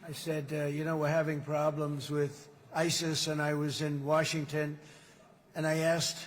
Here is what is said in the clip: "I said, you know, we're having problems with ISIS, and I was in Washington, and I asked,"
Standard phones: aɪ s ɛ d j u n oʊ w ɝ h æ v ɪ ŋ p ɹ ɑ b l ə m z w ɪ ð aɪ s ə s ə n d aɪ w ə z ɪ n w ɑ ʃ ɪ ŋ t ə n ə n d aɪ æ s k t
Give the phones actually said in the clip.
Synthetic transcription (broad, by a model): aɪ s ɛ d j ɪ n oʊ w ɝ h æ v ɪ ŋ p ɹ ɑ b l ə m z w ɪ ð aɪ s ə s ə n aɪ w ə z ɪ n w ɑ ʃ ɪ ŋ t ə n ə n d aɪ æ s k t